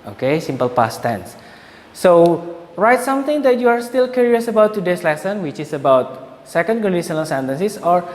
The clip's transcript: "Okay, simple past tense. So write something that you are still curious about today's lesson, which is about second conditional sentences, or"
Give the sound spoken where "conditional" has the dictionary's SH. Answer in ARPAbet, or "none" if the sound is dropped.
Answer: S